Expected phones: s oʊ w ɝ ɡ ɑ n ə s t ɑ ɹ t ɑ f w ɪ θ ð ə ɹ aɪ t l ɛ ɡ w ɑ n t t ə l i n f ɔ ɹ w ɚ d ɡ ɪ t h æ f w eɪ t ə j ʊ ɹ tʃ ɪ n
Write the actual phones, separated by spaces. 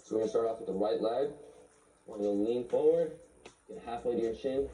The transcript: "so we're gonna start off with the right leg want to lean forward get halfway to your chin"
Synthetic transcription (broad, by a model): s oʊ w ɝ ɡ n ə s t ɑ ɹ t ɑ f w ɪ ð ə w aɪ t l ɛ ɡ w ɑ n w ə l i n f ɔ ɹ w ɚ d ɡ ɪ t h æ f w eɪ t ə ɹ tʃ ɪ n